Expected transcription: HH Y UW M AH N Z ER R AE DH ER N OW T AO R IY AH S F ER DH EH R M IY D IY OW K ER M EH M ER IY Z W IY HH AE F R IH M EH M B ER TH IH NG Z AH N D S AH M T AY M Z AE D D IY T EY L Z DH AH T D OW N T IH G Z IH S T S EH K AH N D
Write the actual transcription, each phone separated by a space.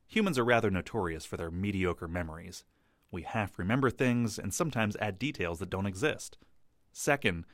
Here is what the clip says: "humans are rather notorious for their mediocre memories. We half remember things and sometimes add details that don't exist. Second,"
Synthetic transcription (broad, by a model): HH Y UW M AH N Z ER R AE DH ER N OW T AO R IY AH S F ER DH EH R M IY D IY OW K ER M EH M ER IY Z W IY HH AE F R IH M EH M B ER TH IH NG Z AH N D S AH M T AY M Z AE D D IY T EY L Z DH AH T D OW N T IH G Z IH S T S EH K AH N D